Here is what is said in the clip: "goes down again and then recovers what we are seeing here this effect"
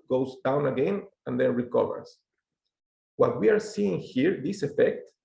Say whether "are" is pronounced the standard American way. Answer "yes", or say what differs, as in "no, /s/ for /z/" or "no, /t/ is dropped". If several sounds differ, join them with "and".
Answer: yes